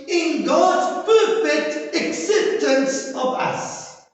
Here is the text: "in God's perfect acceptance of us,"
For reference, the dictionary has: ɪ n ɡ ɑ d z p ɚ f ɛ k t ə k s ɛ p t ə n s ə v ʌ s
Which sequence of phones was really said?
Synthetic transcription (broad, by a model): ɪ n ɡ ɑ d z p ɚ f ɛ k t ə k s ɛ p t ə n s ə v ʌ s